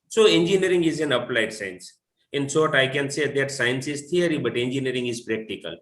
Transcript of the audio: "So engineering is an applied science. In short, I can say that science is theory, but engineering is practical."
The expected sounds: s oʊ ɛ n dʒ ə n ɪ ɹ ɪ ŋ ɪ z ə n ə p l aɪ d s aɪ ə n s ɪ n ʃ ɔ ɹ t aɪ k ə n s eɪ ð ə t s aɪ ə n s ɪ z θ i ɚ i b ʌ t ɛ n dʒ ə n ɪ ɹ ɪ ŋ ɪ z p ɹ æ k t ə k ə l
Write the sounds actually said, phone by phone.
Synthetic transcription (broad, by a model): s oʊ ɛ n dʒ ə n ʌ ɹ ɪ ŋ ɪ z ə n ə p l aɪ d s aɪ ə n s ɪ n s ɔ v t aɪ k ə n s eɪ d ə t s aɪ ə n s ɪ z t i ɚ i b ʌ t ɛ n dʒ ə n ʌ ɹ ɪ ŋ ɪ z p ɹ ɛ k t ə k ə l